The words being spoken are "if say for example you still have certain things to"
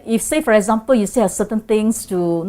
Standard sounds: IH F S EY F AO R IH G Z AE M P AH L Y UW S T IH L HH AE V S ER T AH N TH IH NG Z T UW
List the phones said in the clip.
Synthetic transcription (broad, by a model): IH F S EY F AO R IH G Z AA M P AH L Y UW S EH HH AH S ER T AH N T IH NG S T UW